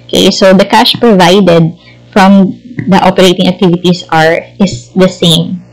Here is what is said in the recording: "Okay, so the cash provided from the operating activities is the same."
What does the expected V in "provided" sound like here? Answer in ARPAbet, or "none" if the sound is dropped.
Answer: V